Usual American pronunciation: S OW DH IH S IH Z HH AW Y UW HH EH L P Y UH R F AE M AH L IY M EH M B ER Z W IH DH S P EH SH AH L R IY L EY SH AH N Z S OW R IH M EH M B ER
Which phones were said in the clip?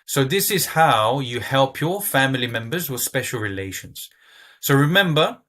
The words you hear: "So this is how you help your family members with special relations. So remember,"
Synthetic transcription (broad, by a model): S OW DH IH S IH Z HH AW Y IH HH EH L P Y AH R F AE M AH L IY M EH M B ER Z W IH DH S P EH SH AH L R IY L EY SH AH N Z S OW R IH M EH M B ER